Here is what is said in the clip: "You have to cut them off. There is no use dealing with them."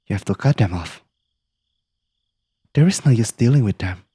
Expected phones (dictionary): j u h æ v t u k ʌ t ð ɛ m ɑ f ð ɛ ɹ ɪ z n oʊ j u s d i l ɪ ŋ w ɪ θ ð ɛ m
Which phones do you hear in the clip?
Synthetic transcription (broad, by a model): j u h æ f t u k ʌ t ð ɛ m ɑ f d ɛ ɹ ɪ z n oʊ j u s d i l ɪ ŋ w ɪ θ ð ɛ m